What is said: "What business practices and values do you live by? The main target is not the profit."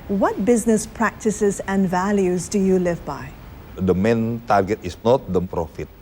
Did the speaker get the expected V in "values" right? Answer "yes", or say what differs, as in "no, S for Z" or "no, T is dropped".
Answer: yes